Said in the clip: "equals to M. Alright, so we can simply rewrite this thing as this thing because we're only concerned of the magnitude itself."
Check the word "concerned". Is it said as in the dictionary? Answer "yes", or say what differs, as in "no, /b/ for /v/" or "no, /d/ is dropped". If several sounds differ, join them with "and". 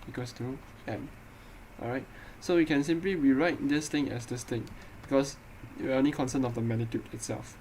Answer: no, /d/ is dropped